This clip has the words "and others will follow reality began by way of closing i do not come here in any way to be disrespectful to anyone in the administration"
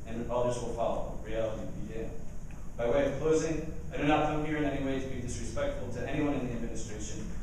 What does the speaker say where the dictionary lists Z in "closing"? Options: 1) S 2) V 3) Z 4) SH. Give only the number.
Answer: 3